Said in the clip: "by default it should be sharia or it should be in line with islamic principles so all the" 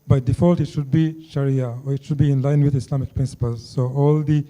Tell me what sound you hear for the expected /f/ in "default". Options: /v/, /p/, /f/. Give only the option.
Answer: /f/